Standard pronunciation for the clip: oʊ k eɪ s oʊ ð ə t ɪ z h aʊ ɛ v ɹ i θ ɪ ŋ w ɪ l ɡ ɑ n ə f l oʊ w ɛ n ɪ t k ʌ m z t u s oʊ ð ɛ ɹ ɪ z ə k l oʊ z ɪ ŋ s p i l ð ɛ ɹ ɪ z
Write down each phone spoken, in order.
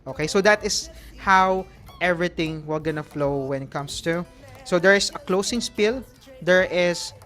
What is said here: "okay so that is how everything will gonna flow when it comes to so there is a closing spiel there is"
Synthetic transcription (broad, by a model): oʊ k eɪ s oʊ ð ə t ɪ s h aʊ ɛ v ɹ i t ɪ ŋ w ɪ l ɡ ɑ n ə f l oʊ w ɛ n ɪ t k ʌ m s t u s oʊ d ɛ ɹ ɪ s ə k l oʊ s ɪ ŋ s p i l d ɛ ɹ ɪ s